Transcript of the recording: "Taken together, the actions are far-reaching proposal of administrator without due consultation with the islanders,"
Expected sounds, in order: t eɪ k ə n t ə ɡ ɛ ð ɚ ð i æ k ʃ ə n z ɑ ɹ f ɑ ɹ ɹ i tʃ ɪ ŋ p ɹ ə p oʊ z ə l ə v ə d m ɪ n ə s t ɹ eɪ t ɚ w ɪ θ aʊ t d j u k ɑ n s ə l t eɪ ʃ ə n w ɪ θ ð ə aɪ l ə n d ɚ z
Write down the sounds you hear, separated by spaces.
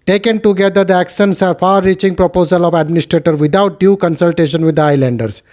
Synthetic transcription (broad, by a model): t eɪ k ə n t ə ɡ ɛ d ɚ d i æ k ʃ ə n s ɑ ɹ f ɑ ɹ ɹ i tʃ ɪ ŋ p ɹ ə p oʊ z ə l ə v ə d m ɪ n ə s t ɹ eɪ t ɚ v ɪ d aʊ t d j u k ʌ n s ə l t eɪ ʃ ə n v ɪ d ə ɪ l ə n d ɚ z